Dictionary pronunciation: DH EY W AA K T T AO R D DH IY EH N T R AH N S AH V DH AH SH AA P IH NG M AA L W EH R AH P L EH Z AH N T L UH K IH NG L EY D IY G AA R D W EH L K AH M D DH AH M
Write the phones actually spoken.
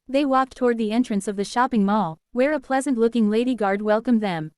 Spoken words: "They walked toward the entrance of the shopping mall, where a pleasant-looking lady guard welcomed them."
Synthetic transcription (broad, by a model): DH EY W AA K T T AO R D DH IY EH N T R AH N S AH V DH AH SH AA P IH NG M AA L W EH R AH P L EH Z AH N T L UH K IH NG L EY D IY G AA R D W EH L K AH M DH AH M